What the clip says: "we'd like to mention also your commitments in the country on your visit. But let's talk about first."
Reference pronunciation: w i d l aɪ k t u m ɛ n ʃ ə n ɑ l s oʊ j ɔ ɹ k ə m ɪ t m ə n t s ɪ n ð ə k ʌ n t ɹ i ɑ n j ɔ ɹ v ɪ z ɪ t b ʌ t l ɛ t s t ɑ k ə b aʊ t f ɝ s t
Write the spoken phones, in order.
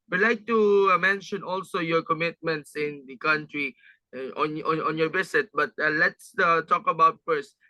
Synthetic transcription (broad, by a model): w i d l aɪ k t u m ɛ n ʃ ə n ɑ l s oʊ j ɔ k ə m ɪ t m ə n t s ɪ n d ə k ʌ n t ɹ i ɑ n j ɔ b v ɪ s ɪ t b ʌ t l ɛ t s t ɑ k ə b aʊ t f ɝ s t